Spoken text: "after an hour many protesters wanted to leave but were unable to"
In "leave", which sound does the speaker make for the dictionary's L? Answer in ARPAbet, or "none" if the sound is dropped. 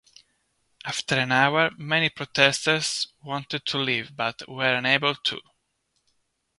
L